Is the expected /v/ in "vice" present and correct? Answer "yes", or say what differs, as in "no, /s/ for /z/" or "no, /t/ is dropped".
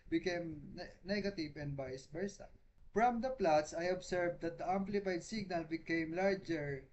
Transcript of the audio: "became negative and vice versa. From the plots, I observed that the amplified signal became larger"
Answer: no, /b/ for /v/